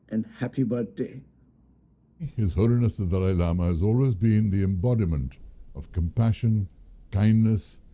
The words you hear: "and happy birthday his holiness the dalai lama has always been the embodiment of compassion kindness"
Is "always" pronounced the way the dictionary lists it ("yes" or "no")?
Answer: yes